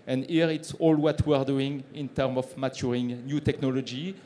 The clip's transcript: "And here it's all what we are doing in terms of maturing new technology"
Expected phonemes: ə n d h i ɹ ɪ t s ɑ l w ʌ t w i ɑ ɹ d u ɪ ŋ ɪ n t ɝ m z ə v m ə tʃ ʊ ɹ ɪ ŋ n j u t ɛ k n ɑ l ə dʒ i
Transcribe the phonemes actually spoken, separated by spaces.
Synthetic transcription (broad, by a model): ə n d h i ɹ ɪ t s ɑ l w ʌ t w i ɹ d u ɪ ŋ ɪ n t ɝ m ə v m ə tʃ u ɹ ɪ ŋ n j u t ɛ k n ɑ l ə dʒ i